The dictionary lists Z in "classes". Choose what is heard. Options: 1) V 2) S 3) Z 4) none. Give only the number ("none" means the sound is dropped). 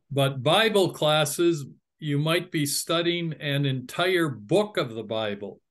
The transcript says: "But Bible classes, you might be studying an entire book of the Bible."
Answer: 3